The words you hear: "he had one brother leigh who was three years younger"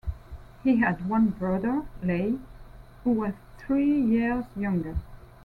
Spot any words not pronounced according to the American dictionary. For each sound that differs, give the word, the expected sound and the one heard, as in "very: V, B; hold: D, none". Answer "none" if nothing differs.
none